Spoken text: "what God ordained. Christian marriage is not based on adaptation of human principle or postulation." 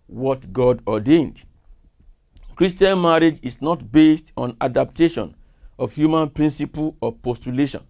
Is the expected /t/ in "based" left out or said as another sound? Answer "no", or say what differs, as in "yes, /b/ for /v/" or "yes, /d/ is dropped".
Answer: no